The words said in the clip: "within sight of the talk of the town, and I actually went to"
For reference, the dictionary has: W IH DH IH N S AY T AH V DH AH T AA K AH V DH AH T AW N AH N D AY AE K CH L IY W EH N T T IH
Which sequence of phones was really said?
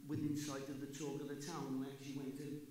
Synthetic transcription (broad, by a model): W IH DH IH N S AY T AH V DH AH T AA K AH V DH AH T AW AH N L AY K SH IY W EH N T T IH